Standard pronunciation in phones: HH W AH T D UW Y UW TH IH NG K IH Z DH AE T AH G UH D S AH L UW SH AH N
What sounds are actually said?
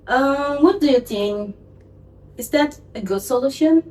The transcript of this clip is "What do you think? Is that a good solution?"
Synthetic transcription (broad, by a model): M W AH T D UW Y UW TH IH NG IH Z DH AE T AH G UH D S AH L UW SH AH N